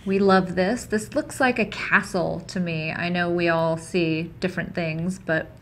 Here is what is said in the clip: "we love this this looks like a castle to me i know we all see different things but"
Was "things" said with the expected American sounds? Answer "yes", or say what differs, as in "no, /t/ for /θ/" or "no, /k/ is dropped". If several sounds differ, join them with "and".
yes